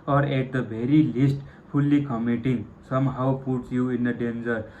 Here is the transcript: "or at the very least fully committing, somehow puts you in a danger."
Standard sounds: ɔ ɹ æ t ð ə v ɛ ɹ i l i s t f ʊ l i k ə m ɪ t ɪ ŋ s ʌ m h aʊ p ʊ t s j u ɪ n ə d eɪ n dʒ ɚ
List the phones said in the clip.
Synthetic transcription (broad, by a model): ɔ ɹ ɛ t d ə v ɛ ɹ i l i s t p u l i k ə m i t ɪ ŋ s ʌ m h aʊ p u t s j u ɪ n ə d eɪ n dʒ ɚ